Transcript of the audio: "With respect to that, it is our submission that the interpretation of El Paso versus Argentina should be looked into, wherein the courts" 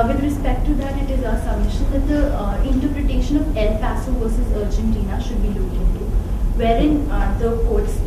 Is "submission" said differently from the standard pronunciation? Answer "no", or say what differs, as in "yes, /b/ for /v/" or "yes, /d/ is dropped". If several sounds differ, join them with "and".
yes, /b/ is dropped